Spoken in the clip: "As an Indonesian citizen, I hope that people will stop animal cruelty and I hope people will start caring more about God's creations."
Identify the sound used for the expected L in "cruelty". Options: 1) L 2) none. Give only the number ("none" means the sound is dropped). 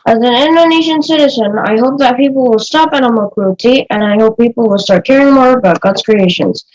2